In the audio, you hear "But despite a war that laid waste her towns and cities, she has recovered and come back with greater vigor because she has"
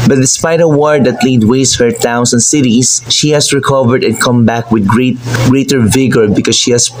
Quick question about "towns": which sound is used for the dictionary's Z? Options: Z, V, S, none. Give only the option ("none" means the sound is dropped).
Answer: S